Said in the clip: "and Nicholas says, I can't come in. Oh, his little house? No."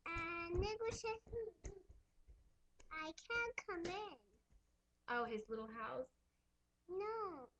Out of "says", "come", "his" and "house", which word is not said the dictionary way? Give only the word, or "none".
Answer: says